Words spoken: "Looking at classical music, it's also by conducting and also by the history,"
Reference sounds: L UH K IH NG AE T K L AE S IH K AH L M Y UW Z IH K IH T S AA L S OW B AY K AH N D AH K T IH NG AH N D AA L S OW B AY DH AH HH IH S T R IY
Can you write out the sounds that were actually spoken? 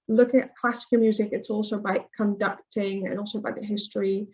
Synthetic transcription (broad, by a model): L UH K IH NG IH T K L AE S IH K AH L M Y UW Z IH K IH T S AA L S OW B AY K AH N D AH K T IH NG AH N AA L S OW B AY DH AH HH IH S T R IY